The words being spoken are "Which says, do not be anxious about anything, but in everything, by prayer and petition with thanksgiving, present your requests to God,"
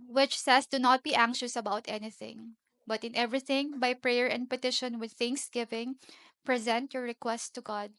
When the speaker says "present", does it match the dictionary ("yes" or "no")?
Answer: yes